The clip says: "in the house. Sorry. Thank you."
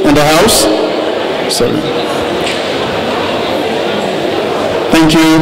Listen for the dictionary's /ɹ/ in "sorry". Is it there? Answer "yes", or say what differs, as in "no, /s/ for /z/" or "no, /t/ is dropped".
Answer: no, /ɹ/ is dropped